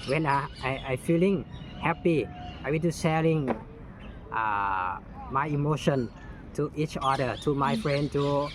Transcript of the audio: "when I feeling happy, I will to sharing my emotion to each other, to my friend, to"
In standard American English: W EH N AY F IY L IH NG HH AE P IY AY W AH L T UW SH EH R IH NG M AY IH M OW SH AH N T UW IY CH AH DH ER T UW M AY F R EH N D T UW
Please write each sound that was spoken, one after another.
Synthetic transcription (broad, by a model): W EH N AY F IY L IH NG HH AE P IY AY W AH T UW S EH L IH NG M AY IH M OW SH AH N T UW IY CH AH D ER T UW M AY F R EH N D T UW